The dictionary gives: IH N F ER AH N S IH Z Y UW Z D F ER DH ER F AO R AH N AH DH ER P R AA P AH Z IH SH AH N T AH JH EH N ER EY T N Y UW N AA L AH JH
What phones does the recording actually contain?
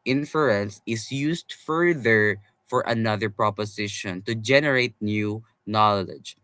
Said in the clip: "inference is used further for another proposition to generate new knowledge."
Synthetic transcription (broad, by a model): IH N F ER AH N S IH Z Y UW S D F ER DH ER F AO R AH N AH DH ER P R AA P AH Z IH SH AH N T AH JH EH N ER EY T N Y UW N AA L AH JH